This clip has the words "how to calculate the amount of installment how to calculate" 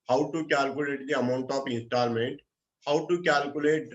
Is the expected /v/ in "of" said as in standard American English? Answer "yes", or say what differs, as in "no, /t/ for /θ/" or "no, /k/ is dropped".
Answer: no, /p/ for /v/